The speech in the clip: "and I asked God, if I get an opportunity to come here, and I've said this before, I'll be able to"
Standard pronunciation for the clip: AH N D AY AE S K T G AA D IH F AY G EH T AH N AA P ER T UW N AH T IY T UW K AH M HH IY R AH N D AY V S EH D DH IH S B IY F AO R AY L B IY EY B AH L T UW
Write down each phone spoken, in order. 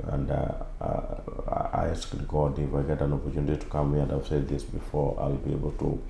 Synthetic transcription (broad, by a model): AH N D AY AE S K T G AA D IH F AY G EH T AH N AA P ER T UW N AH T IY T UW K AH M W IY AH N D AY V S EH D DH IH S B IY F AO R AY L B IY EY B AH L T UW